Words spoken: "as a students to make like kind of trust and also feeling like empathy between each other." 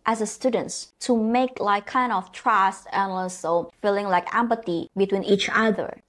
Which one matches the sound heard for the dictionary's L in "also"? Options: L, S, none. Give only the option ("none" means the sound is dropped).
none